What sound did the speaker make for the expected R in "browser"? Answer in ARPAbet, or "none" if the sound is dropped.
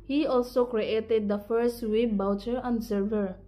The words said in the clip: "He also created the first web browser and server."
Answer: none